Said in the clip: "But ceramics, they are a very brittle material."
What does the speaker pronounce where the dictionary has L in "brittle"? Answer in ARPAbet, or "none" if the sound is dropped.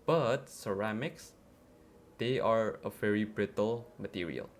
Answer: L